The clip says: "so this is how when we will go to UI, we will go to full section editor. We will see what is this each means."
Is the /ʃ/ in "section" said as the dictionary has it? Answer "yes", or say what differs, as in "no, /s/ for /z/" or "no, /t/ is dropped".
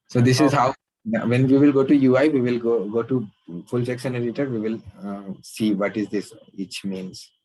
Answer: no, /s/ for /ʃ/